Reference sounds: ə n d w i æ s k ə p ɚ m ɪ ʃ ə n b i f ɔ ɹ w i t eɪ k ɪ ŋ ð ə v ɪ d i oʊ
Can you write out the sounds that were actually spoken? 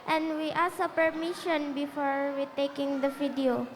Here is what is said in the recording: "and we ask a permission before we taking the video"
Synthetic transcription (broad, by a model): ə n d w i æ s ə p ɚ m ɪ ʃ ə n b i f ɔ ɹ w i t eɪ k ɪ ŋ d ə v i d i oʊ